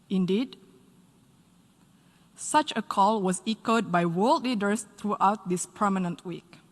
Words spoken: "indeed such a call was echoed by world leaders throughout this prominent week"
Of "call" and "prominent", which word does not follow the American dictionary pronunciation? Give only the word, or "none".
prominent